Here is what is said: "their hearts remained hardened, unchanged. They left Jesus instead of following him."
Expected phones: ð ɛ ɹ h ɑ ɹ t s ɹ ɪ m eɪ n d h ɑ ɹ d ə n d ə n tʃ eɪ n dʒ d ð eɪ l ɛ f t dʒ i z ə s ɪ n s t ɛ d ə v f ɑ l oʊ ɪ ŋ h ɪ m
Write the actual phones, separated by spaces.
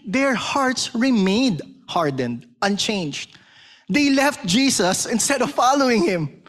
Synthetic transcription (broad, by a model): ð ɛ ɹ h ɑ ɹ t s ɹ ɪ m eɪ d h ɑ ɹ d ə n d ə n tʃ eɪ n dʒ d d eɪ l ɛ f t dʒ i s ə s ɪ n s t ɛ d ə v f ɑ l oʊ ɪ ŋ h ɪ m